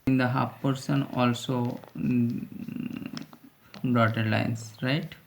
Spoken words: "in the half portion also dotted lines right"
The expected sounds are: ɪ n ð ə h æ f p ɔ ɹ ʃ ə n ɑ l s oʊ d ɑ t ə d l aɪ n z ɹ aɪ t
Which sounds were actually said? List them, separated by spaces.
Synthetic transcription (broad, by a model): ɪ n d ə h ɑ p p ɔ ɹ s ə n ɑ l s oʊ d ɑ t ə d l aɪ n s ɹ aɪ t